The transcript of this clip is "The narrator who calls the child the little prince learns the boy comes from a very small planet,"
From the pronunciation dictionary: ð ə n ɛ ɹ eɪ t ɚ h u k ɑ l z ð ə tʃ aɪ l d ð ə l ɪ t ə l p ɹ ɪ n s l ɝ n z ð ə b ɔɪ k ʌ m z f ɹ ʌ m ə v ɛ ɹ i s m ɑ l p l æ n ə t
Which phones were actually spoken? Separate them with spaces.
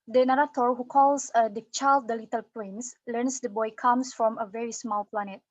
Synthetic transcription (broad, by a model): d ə n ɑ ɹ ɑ t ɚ h u k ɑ l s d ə tʃ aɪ l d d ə l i t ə l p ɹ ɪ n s l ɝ n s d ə b ɔɪ k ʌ m s f ɹ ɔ m ə v ɛ ɹ i s m ɑ l p l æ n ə t